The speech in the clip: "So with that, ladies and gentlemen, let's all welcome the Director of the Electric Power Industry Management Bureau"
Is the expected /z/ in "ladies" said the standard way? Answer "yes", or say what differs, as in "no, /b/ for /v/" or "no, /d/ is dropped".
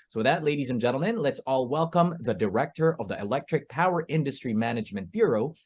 yes